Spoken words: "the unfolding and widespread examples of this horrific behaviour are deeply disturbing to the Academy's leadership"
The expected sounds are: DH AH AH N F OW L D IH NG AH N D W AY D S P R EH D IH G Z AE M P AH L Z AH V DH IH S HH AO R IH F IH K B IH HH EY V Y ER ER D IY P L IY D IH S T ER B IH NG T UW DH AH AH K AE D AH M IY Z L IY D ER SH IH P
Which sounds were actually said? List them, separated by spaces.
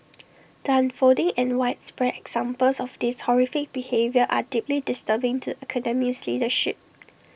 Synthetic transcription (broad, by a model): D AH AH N F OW D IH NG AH N W AY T S P R EH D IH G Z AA M P AH L S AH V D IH S HH AO R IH F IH K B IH HH EY V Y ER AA D IY P L IY D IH S T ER B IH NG T UW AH K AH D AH M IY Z L IY D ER SH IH P